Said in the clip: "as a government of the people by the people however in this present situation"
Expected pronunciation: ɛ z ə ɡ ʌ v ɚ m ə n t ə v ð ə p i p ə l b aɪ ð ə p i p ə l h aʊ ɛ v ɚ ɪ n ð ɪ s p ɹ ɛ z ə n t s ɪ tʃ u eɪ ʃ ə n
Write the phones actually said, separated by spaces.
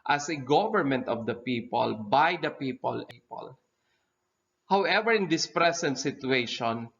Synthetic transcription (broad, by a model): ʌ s ə ɡ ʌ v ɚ m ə n t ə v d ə p i p ə l b aɪ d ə p i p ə l h aʊ ɛ v ɚ ɪ n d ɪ s p ɹ ɛ s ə n t s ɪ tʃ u eɪ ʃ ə n